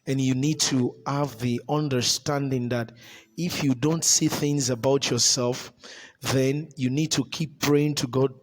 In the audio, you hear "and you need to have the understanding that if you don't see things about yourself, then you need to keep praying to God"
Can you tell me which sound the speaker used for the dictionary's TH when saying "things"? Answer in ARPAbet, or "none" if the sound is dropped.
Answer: TH